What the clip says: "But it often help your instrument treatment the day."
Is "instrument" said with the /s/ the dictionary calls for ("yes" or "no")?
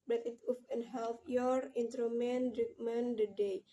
no